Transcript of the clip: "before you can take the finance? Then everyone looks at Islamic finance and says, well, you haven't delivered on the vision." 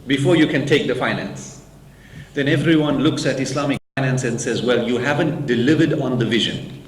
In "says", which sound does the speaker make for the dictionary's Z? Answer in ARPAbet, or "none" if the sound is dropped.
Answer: Z